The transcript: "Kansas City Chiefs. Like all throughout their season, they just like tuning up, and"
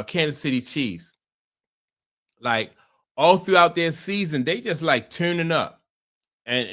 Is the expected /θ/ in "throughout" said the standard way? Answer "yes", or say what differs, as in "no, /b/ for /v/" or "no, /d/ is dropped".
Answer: yes